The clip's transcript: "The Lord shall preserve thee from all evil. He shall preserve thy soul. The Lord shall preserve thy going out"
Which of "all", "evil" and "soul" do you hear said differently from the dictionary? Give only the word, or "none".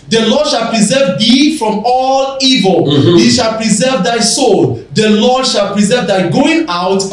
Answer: none